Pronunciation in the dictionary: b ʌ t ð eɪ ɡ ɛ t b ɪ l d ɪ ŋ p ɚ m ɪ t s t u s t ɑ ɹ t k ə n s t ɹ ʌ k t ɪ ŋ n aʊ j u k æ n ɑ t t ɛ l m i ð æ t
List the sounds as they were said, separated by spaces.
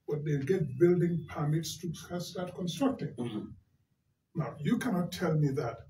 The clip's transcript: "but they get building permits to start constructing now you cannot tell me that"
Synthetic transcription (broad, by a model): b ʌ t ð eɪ ɡ ɛ t b ɪ l d ɪ ŋ p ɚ m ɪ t s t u s t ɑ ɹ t k ə n s t ɹ ʌ k t ɪ ŋ n aʊ j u k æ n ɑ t t ɛ l m i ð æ t